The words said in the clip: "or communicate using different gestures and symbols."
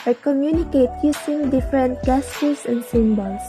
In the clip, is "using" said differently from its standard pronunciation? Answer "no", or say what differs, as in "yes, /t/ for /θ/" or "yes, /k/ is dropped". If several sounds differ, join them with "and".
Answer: yes, /s/ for /z/